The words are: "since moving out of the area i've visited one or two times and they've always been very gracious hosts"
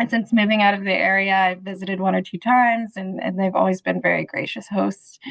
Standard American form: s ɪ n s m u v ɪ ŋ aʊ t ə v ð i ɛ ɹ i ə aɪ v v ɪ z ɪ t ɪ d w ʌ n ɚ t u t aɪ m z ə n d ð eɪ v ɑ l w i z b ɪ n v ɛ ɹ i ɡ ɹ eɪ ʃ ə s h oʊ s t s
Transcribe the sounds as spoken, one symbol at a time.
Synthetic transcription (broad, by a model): s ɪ n s m u v ɪ ŋ aʊ t ə v ð i ɛ ɹ i ə aɪ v v ɪ z ɪ t ɪ d w ʌ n ɚ t u t aɪ m z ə n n ð eɪ v ɑ l w i z b ɪ n v ɛ ɹ i ɡ ɹ eɪ ʃ ə s h oʊ s t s